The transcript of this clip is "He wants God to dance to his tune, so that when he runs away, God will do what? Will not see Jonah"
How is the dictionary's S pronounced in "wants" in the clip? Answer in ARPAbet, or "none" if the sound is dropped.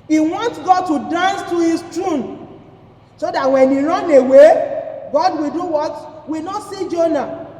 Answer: none